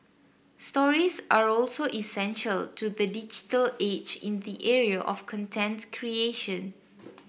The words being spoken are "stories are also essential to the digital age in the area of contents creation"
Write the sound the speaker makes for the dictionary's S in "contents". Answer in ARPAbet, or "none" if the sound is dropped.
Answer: none